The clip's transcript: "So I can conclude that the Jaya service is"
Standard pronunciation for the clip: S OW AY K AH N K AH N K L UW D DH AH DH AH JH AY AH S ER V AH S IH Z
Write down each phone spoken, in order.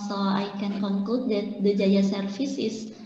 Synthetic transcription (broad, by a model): S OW AY K AH N K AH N K L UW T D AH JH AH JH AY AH S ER F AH S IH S